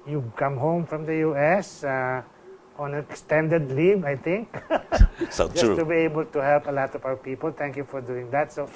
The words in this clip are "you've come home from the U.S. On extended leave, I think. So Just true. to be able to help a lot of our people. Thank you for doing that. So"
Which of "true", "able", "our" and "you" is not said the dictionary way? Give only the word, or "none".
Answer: true